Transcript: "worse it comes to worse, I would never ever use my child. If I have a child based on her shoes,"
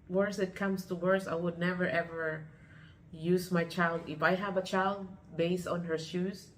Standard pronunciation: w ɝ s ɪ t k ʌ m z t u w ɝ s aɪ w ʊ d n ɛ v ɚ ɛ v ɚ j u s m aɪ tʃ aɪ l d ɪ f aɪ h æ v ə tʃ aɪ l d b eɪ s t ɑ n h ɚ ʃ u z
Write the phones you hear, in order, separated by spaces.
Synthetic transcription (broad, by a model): w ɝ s ɪ t k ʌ m s t u w ɝ s aɪ w ʊ d n ɛ v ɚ ɛ v ɚ j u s m aɪ tʃ aɪ l d ɪ f aɪ h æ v ə tʃ aɪ l d b eɪ s t ɑ n h ɚ ʃ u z